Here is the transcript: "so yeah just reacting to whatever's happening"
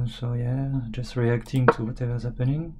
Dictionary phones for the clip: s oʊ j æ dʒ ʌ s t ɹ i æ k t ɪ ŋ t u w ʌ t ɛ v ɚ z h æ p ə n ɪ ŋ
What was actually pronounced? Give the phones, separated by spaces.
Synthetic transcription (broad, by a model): s oʊ j æ dʒ ʌ s t ɹ i æ k t ɪ ŋ t u w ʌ t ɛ v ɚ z h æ p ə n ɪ ŋ